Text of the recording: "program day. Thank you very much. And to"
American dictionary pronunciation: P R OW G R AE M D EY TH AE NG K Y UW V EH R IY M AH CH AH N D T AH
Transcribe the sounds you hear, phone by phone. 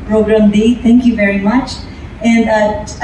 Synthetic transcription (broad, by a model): P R OW G R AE M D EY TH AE NG K Y UW V EH R IY M AH CH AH N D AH